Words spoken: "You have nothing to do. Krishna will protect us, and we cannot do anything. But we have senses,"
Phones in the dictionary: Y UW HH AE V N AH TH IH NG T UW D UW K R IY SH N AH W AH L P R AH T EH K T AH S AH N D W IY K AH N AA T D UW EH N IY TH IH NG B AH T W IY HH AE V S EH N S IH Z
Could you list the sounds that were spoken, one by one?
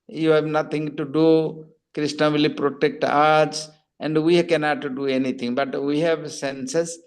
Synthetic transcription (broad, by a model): Y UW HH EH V N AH T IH NG T UW D UW K R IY S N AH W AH L P R AH T EH K T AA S AH N D W IY K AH N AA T D UW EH N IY T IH NG B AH T W IY HH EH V S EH N S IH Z